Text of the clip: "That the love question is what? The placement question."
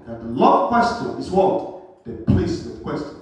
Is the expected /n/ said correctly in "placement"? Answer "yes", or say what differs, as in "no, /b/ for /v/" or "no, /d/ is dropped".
no, /n/ is dropped